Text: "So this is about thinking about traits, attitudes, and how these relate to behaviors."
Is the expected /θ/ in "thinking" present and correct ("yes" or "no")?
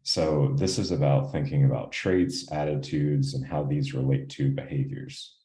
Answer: yes